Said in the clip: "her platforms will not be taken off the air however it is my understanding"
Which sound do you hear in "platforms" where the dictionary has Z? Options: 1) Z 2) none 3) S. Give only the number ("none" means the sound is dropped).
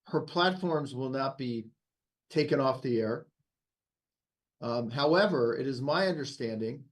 1